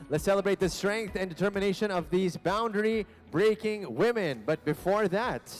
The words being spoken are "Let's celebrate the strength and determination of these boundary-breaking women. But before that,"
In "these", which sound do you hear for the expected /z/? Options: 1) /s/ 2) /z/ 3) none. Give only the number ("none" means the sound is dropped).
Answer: 2